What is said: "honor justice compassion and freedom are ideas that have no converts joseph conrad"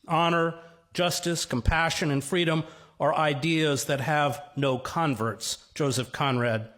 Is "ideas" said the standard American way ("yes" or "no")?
yes